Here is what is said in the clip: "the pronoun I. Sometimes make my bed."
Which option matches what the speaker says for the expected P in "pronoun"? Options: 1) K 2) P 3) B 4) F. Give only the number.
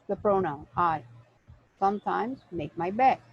2